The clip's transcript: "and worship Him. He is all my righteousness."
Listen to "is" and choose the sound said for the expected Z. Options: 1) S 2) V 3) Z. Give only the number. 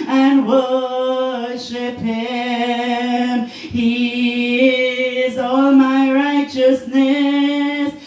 3